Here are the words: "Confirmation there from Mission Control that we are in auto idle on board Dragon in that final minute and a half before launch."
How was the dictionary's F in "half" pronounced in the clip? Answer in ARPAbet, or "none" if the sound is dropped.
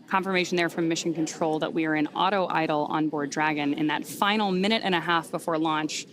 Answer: F